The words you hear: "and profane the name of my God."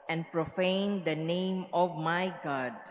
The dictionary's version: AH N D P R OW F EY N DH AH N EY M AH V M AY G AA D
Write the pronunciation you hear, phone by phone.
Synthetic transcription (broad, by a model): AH N P R OW F EY N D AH N EY M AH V M AY G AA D